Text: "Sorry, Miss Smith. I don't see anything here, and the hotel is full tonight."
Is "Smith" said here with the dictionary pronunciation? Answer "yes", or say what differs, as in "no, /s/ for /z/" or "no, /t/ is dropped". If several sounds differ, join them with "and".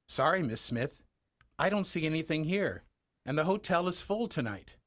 yes